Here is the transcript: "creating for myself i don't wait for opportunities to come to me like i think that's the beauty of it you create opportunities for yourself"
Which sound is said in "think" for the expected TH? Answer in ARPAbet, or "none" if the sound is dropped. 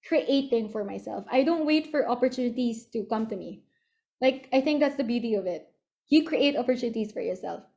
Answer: TH